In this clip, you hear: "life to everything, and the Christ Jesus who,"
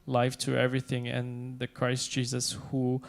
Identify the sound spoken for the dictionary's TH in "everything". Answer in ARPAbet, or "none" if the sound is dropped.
TH